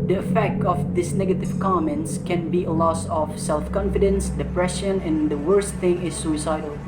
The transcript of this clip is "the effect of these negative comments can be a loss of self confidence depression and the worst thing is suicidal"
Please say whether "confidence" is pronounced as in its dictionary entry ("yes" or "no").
yes